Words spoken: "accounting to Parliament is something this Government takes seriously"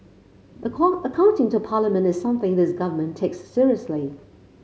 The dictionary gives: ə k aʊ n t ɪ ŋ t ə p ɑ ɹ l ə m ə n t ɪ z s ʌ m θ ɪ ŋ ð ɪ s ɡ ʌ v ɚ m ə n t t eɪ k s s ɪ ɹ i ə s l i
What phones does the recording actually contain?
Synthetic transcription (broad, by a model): ə k aʊ n t ɪ ŋ t ə p ɑ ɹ l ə m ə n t ɪ z s ʌ m θ ɪ ŋ ð ɪ s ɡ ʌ v ɚ m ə n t t eɪ k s s ɪ ɹ i ə s l i